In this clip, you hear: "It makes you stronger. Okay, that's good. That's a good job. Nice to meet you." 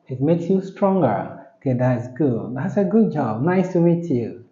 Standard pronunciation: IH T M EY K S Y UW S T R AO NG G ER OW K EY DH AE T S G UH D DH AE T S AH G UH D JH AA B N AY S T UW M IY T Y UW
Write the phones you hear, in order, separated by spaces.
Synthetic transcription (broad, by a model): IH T M EY K S Y UW S T R AO NG G ER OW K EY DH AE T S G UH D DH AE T S AH G UH D JH AA B N AY S T UW M IY T Y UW